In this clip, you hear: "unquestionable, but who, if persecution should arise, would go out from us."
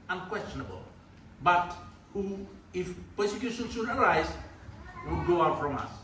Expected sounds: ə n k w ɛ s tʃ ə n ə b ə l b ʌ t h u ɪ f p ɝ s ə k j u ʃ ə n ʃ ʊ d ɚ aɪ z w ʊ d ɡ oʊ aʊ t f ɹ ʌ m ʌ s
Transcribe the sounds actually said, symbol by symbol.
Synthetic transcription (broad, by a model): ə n k w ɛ s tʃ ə n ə b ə l b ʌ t h u ɪ f p ɝ s ə k j u ʃ ə n s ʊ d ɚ aɪ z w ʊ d ɡ oʊ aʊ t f ɹ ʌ m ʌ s